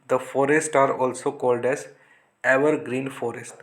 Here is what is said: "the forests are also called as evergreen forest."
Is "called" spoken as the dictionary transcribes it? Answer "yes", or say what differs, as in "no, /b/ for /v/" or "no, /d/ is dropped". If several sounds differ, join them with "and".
yes